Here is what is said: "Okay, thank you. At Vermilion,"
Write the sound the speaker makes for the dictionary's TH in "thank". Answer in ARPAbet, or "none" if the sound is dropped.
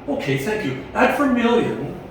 TH